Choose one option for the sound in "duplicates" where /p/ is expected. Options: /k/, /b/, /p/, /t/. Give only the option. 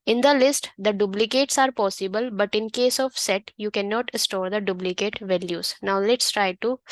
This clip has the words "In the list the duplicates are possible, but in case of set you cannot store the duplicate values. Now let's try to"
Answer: /b/